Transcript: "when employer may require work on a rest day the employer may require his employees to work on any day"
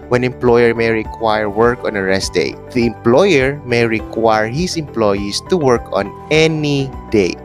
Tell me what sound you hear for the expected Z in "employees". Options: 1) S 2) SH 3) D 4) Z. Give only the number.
1